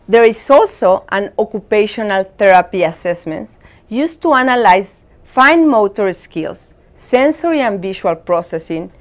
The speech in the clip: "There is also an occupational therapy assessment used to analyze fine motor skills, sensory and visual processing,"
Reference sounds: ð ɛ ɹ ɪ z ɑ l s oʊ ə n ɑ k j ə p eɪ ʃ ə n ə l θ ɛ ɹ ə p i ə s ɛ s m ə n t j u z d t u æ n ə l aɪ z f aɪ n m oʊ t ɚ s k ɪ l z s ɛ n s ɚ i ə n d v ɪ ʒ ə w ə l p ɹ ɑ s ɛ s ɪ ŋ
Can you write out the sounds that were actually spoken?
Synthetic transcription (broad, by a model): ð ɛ ɹ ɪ s ɑ l s oʊ ə n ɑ k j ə p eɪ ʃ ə n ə l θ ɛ ɹ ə p i ə s ɛ s m ə n t j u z t u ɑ n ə l aɪ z f aɪ n m oʊ t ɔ s k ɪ l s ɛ n s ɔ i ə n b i ʃ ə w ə l p ɹ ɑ s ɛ s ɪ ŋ